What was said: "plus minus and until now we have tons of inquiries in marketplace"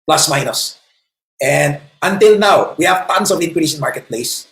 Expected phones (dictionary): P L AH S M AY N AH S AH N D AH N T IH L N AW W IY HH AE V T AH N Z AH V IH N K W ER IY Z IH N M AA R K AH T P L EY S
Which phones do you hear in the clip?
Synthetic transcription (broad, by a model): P L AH S M AY N AH S AH N D AH N T IH L N AW W IY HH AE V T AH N S AH V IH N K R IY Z IH N M AA R K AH T P L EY S